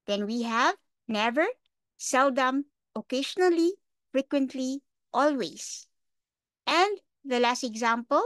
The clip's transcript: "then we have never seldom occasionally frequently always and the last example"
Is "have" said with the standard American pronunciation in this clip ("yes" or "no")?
yes